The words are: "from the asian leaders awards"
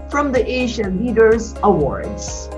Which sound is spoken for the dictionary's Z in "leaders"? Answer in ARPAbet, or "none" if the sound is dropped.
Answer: Z